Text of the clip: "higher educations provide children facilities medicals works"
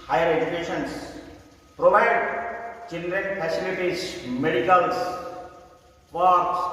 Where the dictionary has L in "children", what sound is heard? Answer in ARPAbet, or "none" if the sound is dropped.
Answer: N